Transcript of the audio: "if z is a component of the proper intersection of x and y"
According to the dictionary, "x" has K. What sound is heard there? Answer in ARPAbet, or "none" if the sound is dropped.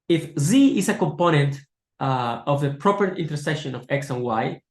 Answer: K